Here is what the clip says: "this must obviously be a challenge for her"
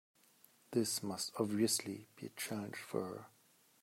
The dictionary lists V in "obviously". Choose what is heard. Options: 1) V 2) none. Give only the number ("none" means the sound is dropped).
1